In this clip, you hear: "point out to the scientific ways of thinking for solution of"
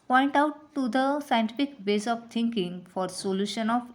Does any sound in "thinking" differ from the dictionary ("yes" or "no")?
yes